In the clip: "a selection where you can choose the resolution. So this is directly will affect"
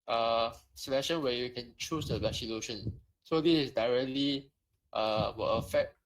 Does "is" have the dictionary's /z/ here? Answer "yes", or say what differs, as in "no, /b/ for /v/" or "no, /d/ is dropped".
no, /s/ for /z/